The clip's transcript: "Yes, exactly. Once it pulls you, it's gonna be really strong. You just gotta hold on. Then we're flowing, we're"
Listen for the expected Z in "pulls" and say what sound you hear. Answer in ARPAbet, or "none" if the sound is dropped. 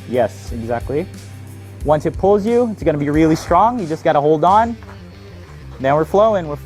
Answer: Z